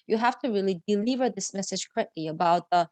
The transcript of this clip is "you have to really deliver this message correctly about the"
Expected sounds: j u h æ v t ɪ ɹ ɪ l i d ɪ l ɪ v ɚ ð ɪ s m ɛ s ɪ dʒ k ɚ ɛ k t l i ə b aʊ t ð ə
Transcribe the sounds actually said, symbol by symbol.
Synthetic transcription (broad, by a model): j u h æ f t ɪ ɹ ɪ l i d ɪ l ɪ v ɚ ð ɪ s m ɛ s ɪ dʒ k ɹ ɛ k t l i ə b aʊ t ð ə